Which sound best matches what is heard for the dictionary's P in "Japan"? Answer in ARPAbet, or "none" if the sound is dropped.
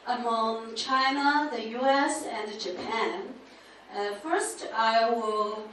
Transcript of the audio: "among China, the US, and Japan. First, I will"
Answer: P